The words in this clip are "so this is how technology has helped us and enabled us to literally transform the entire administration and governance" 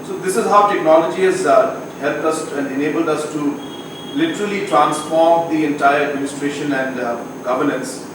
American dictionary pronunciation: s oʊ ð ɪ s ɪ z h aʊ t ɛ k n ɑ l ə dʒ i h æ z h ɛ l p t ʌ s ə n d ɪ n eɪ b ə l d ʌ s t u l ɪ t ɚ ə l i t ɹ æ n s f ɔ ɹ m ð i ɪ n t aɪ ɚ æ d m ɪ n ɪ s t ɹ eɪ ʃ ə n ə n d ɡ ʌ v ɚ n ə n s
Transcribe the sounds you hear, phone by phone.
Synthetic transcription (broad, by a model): s oʊ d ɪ s ɪ z h aʊ t ɛ k n ɑ l ə dʒ i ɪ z h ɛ l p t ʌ s ə n d ɪ n eɪ b ə l d ʌ s t u l ɪ t ɚ ə l i t ɹ æ n s f ɔ ɹ m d i ɪ n t aɪ ɚ æ d m ɪ n ɪ s t ɹ eɪ ʃ ə n ə n d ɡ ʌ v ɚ n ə n s